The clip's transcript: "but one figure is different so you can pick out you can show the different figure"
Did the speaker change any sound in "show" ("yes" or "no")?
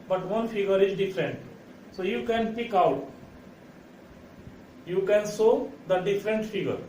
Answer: yes